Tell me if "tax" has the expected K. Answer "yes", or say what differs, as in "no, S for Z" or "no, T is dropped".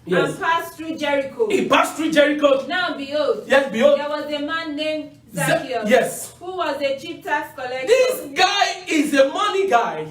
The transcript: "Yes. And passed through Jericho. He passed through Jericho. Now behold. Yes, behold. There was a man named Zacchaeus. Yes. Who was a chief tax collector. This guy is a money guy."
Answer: no, K is dropped